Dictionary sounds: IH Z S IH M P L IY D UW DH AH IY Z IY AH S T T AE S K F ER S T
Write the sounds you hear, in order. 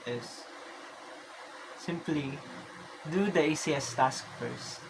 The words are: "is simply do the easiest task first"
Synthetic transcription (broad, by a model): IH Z S IH M P L IY D UW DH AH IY S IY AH S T T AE S K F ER S T